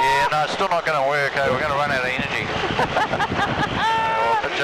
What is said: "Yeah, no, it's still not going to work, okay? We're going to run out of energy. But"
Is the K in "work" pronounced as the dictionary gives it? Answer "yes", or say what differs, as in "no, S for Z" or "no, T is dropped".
no, K is dropped